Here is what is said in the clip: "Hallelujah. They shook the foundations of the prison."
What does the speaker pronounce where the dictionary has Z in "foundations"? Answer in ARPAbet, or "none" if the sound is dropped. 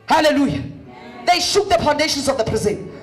S